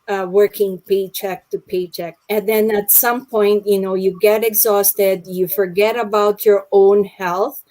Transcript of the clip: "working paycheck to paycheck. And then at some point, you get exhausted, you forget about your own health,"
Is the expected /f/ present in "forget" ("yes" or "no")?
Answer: yes